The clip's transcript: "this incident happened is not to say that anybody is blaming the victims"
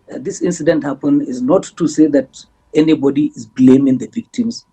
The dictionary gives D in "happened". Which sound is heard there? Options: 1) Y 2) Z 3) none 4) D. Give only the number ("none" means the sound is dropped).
3